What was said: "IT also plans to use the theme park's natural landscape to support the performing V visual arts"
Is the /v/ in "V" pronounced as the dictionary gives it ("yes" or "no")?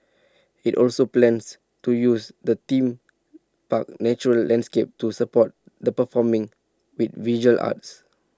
no